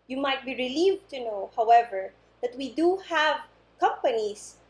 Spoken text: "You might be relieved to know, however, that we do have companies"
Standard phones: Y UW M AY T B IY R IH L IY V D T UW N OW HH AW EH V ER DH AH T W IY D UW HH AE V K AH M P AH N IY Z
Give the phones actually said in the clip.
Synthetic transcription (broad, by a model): Y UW M AY T B IY R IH L IY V T UW N OW HH AW EH V ER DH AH T W IY D UW HH AE V K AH M P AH N IY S